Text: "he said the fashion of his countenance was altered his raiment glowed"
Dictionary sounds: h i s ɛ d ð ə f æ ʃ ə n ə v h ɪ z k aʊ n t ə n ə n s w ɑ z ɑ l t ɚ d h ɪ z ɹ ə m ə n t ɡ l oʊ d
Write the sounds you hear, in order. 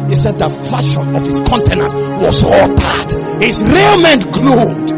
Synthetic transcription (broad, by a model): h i s ɛ d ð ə f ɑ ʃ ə n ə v h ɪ s k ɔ n t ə n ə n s w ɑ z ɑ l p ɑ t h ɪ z ɹ ə m ə n t ɡ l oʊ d